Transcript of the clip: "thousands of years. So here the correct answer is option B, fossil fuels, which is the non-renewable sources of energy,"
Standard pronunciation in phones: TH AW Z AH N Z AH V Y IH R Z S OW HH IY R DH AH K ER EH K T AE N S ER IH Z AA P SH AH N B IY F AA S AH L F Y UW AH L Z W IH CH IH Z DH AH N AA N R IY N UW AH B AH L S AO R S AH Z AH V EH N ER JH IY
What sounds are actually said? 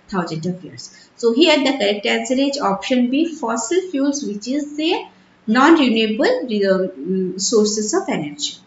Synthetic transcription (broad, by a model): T AW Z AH N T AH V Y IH R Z S OW HH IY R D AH K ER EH K T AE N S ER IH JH AA P SH AH N B IY F AA S AH L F Y UW L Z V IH CH IH Z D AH N AA N R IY N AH B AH L S AO R S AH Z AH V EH N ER JH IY